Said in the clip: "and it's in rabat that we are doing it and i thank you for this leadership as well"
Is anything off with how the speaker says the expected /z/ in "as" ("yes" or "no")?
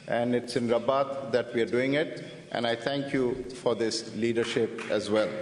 no